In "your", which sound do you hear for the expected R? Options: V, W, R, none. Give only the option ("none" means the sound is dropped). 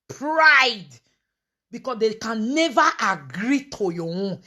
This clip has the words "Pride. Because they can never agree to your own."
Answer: W